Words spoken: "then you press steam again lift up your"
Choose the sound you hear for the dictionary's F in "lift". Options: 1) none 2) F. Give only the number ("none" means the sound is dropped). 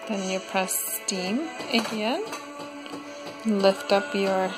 2